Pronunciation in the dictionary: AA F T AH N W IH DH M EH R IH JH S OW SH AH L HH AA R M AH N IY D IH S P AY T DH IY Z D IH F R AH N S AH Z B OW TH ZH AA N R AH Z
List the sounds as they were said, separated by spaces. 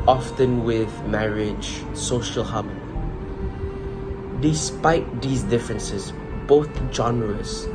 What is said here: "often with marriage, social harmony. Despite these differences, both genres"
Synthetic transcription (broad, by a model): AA F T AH N W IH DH M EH R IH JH S OW SH AH L HH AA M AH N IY D IH S P AY T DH IY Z D IH F R AH N S AH Z B OW TH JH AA N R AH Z